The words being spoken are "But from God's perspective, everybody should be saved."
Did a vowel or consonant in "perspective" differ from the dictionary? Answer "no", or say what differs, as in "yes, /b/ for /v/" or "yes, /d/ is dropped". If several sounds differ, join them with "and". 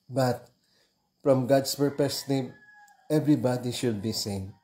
yes, /s/ is dropped and /v/ is dropped